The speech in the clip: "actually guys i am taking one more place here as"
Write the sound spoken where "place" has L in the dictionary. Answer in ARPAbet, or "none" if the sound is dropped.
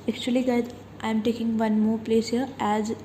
L